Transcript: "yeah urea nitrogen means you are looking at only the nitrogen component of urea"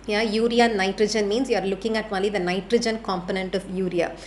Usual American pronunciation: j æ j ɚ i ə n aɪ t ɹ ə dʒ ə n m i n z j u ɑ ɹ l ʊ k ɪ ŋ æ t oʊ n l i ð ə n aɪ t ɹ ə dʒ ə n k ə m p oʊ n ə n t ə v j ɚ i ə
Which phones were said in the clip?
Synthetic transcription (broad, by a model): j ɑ j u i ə n aɪ t ɹ ə dʒ ə n m i n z j u ɑ ɹ l ʊ k ɪ ŋ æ t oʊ l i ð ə n aɪ t ɹ ə dʒ ə n k ə m p oʊ n ə n t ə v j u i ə